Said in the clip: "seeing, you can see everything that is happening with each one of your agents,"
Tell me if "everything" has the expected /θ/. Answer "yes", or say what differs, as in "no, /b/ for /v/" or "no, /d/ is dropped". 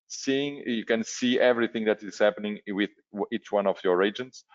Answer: yes